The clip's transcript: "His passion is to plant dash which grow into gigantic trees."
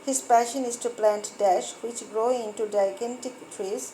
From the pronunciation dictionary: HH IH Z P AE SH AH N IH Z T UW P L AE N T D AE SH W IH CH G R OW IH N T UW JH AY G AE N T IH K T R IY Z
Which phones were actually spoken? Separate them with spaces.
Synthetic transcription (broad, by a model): HH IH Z P AE SH AH N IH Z T UW P L AE N T D AE SH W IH CH G R OW IH N T UW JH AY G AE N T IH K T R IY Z